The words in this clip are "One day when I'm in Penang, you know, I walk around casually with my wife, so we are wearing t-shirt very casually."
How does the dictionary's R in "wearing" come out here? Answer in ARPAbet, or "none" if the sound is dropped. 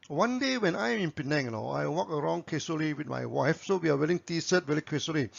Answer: L